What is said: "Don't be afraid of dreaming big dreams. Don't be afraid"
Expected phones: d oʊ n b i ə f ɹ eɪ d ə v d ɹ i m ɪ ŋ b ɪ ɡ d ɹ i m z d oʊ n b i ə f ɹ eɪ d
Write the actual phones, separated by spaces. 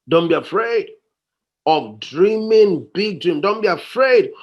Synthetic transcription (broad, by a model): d oʊ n b i ə f ɹ eɪ d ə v d ɹ i m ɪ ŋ b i ɡ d ɹ i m d oʊ n b i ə f ɹ eɪ d